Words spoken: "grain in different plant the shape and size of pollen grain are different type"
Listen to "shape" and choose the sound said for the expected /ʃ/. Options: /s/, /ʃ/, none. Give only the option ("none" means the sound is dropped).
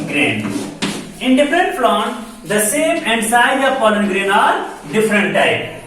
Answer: /s/